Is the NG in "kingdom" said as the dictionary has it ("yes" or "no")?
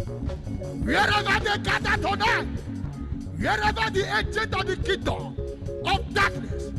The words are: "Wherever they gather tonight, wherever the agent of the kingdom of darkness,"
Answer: no